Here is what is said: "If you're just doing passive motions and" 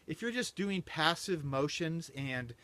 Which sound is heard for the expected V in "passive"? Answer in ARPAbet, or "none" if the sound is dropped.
V